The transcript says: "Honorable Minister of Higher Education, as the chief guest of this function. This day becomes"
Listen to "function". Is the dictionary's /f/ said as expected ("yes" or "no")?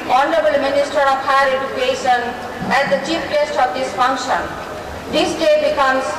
yes